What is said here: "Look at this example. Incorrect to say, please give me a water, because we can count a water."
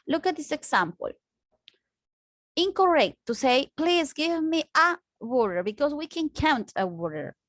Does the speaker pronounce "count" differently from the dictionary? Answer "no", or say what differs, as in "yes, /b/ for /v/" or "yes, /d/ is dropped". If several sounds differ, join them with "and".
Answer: no